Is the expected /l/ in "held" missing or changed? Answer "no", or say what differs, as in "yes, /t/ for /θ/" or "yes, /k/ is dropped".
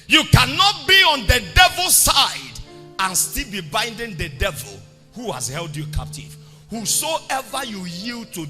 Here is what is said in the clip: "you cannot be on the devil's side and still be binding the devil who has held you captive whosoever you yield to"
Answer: no